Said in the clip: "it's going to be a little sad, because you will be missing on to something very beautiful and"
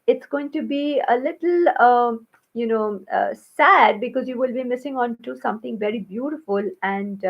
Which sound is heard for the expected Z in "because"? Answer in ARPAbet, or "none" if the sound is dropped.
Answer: Z